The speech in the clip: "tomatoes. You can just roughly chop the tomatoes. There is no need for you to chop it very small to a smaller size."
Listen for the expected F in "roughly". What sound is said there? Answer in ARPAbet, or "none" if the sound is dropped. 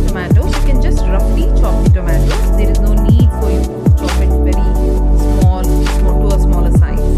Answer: P